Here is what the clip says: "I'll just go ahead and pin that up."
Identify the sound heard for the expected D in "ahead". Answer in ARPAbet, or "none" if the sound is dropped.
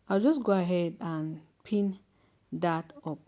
D